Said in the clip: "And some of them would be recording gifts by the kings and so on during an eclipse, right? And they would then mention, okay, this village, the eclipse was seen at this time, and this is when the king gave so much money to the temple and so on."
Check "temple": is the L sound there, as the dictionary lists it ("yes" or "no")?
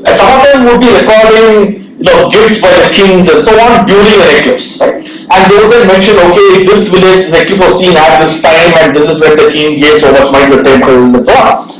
no